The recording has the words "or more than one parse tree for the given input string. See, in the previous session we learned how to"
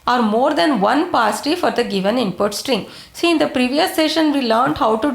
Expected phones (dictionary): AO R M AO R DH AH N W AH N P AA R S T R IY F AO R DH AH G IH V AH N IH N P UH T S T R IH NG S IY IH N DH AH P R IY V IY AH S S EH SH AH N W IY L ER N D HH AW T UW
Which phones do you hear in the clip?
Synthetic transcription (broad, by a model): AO R M AO R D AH N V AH N P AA S T IY F AO R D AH G IH V AH N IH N P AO T S T R IH NG S IY IH N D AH P R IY V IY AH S S EH SH AH N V IY L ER N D HH AW T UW